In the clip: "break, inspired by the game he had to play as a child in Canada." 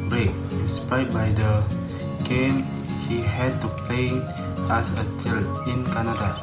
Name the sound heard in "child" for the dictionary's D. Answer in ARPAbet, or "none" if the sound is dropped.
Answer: none